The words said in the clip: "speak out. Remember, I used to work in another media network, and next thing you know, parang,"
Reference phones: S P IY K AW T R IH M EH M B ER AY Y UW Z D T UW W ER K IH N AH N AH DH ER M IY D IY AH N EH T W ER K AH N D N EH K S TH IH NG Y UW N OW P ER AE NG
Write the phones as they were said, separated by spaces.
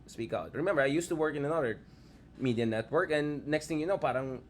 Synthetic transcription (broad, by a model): S P IY K AW T R IH M EH M B ER AY Y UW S T UW W ER K IH N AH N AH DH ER M IY D IY AH N EH T W ER K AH N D N EH K S T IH NG Y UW N OW P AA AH NG